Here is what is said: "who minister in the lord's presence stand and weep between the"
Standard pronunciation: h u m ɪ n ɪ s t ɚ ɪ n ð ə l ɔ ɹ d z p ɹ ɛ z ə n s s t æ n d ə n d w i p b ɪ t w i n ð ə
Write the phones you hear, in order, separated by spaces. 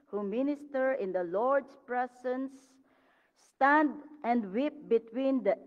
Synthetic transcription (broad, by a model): h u m ɪ n ɪ s t ɚ ɪ n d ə l ɔ ɹ d s p ɹ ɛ s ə n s s t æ n d ə n d w i p b ɪ t w i n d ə